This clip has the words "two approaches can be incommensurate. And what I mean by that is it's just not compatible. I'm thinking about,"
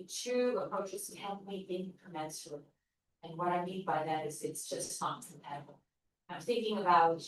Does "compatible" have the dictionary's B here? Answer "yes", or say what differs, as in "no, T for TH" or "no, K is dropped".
no, B is dropped